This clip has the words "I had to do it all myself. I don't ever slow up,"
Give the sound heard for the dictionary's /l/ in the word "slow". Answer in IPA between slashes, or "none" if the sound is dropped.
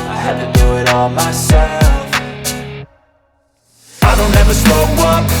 none